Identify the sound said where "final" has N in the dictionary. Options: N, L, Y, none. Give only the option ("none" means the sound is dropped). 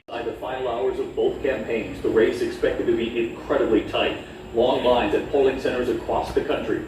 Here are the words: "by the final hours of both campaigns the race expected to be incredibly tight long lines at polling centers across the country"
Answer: none